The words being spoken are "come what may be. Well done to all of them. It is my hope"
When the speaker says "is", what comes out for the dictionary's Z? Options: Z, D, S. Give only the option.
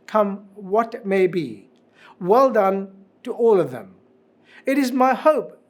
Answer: Z